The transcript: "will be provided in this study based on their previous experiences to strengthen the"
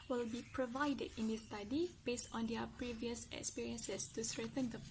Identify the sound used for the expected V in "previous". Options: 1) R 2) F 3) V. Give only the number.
3